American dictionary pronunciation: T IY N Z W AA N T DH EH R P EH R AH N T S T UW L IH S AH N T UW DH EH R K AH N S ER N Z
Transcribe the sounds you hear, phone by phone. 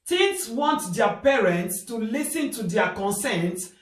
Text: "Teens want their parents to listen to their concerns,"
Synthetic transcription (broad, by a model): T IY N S W AA N T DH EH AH P EH R AH N T S T UW L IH S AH N T UW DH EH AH K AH N S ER N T